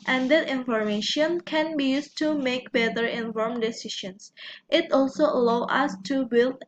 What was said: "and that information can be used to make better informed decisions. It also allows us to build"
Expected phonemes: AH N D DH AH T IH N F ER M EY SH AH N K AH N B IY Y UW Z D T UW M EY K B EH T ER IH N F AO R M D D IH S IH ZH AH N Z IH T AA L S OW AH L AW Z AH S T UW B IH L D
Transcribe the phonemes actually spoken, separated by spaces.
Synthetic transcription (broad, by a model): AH N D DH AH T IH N F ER M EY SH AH N K AH N B IY Y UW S T UW M EY K B EH T ER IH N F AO R M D D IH S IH SH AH N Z IH T AA L S OW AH L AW AH S T UW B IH L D